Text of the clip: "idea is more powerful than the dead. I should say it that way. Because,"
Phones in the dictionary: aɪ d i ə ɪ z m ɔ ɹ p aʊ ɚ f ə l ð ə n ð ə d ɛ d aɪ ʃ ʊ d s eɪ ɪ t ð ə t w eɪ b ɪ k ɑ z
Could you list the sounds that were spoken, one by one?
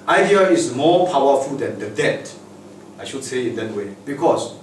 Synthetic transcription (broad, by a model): aɪ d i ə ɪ s m ɔ p aʊ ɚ f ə l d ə n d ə d ɛ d aɪ ʃ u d s eɪ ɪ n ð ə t w eɪ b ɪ k ɑ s